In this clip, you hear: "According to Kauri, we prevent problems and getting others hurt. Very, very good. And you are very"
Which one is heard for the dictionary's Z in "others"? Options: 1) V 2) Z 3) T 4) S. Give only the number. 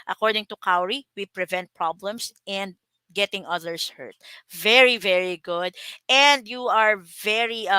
4